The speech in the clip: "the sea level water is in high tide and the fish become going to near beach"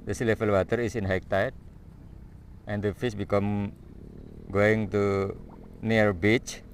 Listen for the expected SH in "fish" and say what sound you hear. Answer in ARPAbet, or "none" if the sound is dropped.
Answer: S